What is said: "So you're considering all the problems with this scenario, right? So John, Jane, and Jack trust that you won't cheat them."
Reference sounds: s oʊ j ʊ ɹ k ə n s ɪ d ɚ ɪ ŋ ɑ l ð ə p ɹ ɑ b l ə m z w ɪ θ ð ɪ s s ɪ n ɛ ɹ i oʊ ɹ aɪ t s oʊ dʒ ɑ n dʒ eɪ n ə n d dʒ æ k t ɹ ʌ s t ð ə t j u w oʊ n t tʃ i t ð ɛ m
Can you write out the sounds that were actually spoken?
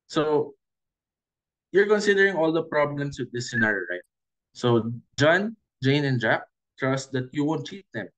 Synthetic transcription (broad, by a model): s oʊ j ʊ ɹ k ə n s ɪ d ɚ ɪ ŋ ɑ l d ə p ɹ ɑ b l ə m s w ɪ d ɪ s s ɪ n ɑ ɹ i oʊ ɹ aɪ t s oʊ dʒ ɑ n dʒ eɪ n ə n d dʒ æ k t ɹ ʌ s t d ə t j u w oʊ n t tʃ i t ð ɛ m